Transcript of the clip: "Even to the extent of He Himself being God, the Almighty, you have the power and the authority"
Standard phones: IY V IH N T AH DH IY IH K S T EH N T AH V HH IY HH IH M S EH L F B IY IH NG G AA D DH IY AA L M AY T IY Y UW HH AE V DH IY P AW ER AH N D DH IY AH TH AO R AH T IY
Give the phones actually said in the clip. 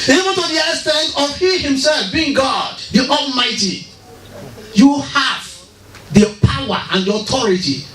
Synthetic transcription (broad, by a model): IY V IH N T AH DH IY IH S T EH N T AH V HH IY HH IH M S EH L F B IY IH NG G AA D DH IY AA L M AY T IY Y UW HH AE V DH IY P AW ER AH N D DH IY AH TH AO R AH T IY